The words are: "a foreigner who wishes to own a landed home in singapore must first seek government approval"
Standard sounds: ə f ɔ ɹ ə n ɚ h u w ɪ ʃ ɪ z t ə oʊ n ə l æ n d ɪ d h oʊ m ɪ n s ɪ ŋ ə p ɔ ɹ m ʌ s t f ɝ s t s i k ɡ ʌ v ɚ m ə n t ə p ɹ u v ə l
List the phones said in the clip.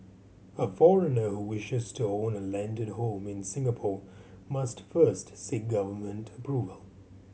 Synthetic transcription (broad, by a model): ə f ɔ ɹ ə n ɚ h u w ɪ ʃ ɪ z t ə oʊ n ə l æ n d ɪ d h oʊ m ɪ n s ɪ ŋ ə p ɔ ɹ m ʌ s t f ɝ s t s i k ɡ ʌ v ɚ m ə n t ə p ɹ u v ə l